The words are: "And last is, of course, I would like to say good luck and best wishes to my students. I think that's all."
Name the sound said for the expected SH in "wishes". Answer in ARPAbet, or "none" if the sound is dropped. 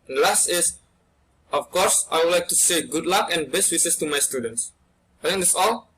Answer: S